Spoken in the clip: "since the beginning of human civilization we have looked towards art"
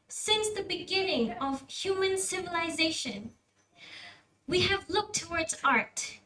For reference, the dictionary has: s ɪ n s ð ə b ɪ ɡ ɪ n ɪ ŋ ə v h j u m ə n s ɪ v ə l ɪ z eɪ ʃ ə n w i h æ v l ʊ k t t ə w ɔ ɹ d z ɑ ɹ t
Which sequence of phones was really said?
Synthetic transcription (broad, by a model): s ɪ n s ð ə b ɪ ɡ ɪ n ɪ ŋ ə v h j u m ə n s ɪ v ə l ɪ z eɪ ʃ ə n w i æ v l ʊ k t t ə w ɔ ɹ d z ɑ ɹ t